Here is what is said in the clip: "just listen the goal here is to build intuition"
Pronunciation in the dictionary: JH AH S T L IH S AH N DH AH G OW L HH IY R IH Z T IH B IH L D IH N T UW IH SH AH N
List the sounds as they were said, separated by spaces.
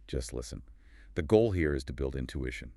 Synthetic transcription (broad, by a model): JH AH S T L IH S AH N DH AH G OW L HH IY R IH Z T IH B IH L D IH N T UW IH SH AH N